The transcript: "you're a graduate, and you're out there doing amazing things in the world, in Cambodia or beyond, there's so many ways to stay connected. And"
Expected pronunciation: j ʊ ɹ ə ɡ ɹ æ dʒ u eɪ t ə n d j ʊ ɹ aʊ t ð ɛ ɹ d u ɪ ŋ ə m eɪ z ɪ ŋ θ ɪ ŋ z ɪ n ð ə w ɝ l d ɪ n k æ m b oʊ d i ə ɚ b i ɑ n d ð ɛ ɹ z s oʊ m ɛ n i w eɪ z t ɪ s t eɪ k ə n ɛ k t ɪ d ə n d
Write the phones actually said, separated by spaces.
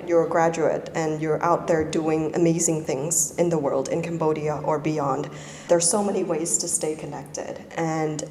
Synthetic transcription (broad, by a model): j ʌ ɹ ɡ ɹ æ dʒ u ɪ t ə n j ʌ ɹ aʊ t ð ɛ ɹ d u ɪ ŋ ə m eɪ z ɪ ŋ θ ɪ ŋ z ɪ n ð ə w ɝ l d ɪ n k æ m b oʊ d i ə ɚ b i ɑ n d ð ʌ ɹ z s oʊ m ɛ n i w eɪ z t ɪ s t eɪ k ə n ɛ k t ɪ d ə n